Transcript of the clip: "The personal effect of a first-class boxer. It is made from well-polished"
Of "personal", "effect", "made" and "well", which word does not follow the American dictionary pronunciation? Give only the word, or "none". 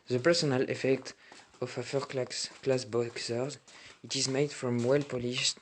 none